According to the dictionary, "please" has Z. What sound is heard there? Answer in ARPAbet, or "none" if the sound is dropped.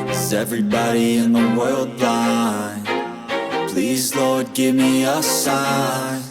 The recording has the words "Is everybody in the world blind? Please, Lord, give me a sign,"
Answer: Z